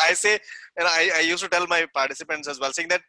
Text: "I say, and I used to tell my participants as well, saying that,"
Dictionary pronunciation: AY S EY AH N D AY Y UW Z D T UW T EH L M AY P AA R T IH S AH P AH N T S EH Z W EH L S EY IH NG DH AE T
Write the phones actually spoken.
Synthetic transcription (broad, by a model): AY S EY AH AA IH AY Y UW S T UW T EH L M AY P AA R T IH S AH P AH N T S EH Z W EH L S EY IH NG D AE T